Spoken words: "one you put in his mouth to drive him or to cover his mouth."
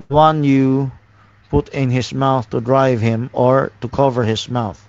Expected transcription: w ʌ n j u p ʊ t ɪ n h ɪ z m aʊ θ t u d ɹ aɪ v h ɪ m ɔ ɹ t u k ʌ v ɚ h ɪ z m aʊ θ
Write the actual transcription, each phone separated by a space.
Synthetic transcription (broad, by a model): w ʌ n j u p ʊ t ɪ n h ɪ s m aʊ θ t u d ɹ aɪ v h ɪ m ɔ ɹ t u k ʌ v ɚ h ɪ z m aʊ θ